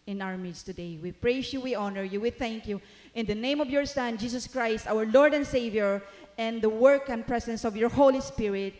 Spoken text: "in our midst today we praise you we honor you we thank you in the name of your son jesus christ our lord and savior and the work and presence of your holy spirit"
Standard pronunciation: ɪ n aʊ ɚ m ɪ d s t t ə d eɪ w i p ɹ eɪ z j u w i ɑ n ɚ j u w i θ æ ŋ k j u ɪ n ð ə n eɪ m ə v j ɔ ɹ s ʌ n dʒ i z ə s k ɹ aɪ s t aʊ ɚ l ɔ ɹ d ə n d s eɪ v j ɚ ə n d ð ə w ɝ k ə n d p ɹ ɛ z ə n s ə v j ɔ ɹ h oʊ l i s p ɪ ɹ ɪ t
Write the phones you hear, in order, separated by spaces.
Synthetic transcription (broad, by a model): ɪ n aʊ ɚ m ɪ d s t t ə d eɪ w i p ɹ eɪ s j u w i ɑ n ɚ j u w i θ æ ŋ k j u ɪ n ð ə n eɪ m ə v j ɔ ɹ s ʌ n dʒ i s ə s k ɹ aɪ s t aʊ ɚ l ɔ ɹ d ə n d s eɪ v j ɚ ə n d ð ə w ɝ k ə n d p ɹ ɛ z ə n s ə v j ɔ ɹ h oʊ l i s p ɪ ɹ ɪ t